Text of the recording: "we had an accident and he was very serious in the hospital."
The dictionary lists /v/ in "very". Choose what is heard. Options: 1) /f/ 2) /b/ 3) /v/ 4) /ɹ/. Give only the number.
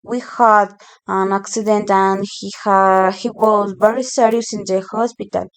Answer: 2